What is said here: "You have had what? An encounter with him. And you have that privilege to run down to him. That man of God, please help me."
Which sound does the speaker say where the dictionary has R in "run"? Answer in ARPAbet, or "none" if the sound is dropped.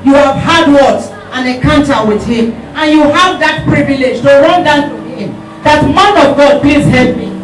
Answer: R